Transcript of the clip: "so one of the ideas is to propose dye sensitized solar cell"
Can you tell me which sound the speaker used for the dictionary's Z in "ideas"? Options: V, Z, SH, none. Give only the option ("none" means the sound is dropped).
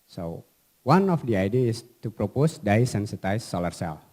none